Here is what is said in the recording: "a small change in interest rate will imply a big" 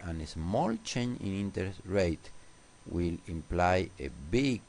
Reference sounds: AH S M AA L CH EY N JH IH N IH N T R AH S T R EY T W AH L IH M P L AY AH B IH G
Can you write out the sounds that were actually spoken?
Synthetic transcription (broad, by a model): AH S M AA L CH EY N IH N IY N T AH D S R EY T W AH L IH M P L AY AH B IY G